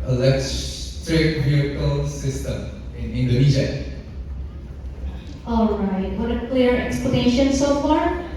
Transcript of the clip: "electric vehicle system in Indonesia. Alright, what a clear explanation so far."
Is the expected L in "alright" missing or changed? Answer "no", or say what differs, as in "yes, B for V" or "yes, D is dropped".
no